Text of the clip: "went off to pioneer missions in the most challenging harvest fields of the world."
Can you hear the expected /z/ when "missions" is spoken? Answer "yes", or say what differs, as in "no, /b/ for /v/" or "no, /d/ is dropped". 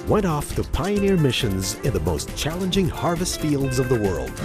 yes